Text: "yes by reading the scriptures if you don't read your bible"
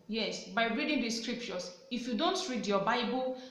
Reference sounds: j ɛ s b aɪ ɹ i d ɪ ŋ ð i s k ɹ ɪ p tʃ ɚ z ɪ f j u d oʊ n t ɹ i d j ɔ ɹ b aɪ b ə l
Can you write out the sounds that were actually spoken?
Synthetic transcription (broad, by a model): j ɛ s b aɪ ɹ i d ɪ ŋ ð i s k ɹ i p tʃ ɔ s ɪ f j u d oʊ n t ɹ i d j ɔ b aɪ b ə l